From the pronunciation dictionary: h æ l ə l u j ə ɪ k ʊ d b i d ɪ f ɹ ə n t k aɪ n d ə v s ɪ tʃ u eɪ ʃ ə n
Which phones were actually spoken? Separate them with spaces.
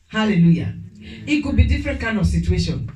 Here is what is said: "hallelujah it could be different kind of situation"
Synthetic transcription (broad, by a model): h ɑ l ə l u j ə ɪ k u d b i d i f ɹ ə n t k aɪ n ə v s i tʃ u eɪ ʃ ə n